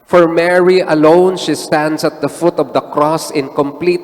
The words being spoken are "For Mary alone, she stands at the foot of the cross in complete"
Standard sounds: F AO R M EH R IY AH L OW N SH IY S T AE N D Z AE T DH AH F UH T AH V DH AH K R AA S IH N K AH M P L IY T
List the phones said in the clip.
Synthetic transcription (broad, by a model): F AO R M EH R IY AH L OW N SH IY S T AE N D S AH T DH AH F UH T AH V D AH K R AA S IH N K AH M P L IY T